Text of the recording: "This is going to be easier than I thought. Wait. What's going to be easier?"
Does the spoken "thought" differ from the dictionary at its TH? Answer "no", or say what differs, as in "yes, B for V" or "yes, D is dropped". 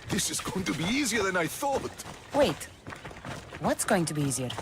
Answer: no